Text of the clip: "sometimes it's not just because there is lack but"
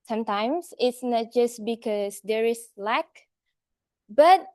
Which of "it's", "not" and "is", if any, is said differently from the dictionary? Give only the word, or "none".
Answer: is